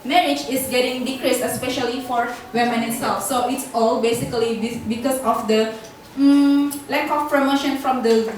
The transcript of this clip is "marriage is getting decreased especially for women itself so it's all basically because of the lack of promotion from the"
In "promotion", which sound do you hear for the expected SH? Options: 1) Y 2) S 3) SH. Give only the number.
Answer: 3